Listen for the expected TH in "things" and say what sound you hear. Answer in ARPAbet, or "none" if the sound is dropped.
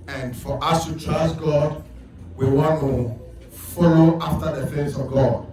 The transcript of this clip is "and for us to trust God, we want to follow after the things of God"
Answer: F